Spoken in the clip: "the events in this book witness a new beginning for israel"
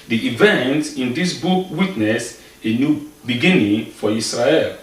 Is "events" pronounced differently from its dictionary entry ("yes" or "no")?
yes